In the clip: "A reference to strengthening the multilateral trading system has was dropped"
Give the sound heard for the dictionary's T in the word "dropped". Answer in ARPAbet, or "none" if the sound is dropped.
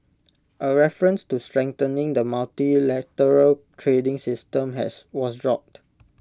T